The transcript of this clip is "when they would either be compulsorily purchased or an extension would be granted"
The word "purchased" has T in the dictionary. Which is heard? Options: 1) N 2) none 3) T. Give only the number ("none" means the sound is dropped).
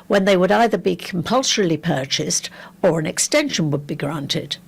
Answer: 3